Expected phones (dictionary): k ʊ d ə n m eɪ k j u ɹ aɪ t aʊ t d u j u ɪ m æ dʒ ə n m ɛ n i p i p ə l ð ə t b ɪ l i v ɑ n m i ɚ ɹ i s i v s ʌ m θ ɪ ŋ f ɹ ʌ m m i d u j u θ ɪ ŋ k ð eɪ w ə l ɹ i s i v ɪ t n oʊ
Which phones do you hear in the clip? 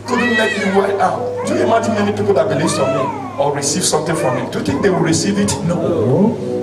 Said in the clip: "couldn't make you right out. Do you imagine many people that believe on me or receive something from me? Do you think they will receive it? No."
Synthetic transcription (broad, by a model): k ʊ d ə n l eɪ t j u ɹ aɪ aʊ t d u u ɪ m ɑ dʒ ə n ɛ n i p i p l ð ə t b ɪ l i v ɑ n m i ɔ ɹ i s i v s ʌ m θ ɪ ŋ f ɹ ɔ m m i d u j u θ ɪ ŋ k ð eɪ w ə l ɹ i s i v ɪ t n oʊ